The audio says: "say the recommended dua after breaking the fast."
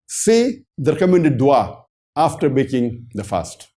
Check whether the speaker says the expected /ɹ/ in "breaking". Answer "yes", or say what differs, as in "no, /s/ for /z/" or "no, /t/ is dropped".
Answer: no, /ɹ/ is dropped